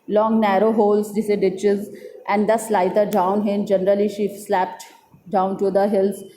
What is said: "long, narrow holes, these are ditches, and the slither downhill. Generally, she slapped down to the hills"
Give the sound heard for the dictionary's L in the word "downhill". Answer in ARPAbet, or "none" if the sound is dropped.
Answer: N